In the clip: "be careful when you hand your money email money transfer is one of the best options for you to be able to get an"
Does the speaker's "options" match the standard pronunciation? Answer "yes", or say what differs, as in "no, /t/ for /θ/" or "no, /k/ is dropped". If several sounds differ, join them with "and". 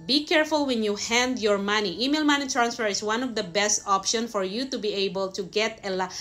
no, /z/ is dropped